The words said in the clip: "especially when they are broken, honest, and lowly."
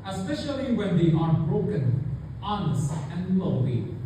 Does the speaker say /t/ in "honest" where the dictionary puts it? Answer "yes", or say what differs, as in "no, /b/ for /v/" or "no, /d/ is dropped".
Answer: no, /t/ is dropped